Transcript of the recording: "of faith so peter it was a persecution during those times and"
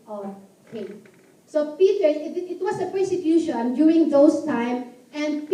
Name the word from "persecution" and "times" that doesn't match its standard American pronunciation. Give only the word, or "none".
times